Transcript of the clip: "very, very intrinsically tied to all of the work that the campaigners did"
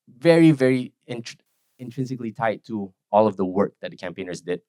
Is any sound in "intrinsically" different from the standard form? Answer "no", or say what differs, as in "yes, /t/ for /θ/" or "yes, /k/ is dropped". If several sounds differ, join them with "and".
no